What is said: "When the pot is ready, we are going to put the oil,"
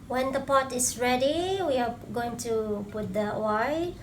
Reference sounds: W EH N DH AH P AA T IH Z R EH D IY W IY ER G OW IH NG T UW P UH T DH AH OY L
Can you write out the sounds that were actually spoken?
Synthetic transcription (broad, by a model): W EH N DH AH P AA T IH S R EH D IY W IY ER G OW IH NG T UW P UH T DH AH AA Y